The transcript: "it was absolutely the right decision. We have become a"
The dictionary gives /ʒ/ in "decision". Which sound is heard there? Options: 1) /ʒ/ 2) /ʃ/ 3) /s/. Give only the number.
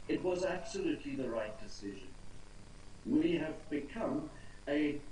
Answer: 1